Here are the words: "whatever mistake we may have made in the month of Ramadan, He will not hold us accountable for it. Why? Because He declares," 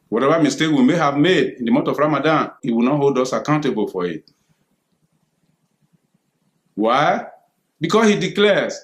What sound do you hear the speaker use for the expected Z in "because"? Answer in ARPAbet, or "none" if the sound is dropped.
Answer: S